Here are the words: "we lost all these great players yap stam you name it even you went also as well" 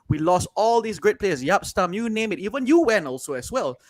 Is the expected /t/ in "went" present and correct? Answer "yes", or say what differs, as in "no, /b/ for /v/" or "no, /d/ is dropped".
no, /t/ is dropped